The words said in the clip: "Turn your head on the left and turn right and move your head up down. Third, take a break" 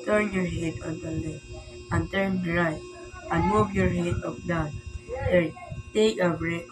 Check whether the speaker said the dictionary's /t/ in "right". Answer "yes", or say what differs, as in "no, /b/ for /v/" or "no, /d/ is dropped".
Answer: no, /t/ is dropped